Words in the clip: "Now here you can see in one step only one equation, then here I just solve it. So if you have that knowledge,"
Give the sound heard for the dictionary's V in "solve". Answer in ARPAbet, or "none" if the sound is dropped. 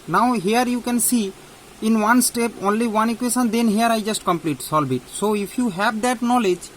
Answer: B